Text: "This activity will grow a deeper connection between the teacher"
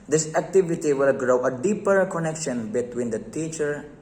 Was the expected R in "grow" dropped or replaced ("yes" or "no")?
no